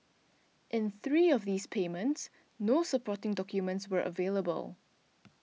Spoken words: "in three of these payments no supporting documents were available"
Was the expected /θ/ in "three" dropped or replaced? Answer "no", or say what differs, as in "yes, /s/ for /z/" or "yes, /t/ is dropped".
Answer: no